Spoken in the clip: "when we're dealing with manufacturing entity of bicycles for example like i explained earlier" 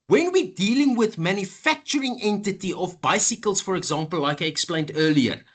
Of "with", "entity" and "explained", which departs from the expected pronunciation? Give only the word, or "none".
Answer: none